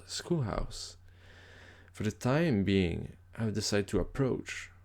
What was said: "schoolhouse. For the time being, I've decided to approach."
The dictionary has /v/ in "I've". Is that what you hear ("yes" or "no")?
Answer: no